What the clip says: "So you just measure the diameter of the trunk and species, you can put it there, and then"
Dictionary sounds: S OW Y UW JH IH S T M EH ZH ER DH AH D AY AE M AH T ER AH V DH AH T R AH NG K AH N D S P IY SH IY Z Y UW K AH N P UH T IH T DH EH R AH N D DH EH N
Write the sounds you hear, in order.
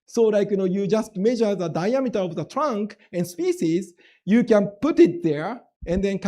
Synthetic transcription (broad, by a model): S OW Y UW JH IH S T M EH ZH ER DH AH D AY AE M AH T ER AH V DH AH T R AH NG K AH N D S P IY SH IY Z Y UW K AH N P UH T IH T DH EH R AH N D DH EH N